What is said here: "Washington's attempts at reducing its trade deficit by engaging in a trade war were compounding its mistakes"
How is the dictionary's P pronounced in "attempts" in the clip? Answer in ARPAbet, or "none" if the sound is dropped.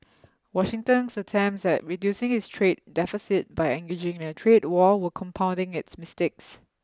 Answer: none